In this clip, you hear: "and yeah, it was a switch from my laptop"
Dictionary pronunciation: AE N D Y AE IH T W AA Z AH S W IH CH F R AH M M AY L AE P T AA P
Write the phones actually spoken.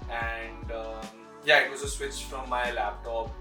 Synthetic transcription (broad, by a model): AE N D Y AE IH T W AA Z AH S W IH CH F R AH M M AY L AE P T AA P